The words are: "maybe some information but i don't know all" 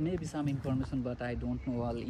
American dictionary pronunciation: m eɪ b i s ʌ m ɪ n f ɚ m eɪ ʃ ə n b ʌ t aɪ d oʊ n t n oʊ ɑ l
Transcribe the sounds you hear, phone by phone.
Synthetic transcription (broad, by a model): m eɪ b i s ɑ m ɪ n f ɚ m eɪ s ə n b ʌ t aɪ d oʊ n t n oʊ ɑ l